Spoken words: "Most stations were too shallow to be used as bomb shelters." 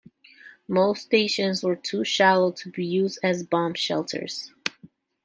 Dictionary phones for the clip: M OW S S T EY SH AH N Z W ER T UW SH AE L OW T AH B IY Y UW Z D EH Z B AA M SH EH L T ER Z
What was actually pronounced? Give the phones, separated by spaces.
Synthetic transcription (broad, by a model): M OW S S T EY SH AH N Z W ER T UW SH AE L OW T AH B IY Y UW Z D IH Z B AA M SH EH L T ER Z